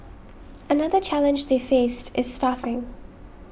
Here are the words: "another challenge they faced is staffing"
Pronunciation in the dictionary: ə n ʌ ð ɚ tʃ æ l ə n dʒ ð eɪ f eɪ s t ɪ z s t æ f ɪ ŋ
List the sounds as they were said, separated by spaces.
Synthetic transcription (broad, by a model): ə n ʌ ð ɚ tʃ æ l ə n dʒ ð eɪ f eɪ s t ɪ z s t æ f ɪ ŋ